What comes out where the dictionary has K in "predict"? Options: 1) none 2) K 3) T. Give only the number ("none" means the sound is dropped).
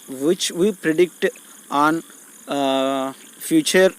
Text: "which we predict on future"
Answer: 2